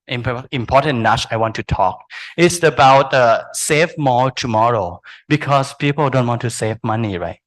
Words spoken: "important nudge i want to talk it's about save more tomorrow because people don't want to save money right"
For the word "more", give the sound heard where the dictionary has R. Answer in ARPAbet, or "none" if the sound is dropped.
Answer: L